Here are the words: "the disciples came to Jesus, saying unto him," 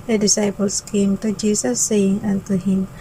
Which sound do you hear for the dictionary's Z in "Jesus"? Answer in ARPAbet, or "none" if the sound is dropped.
S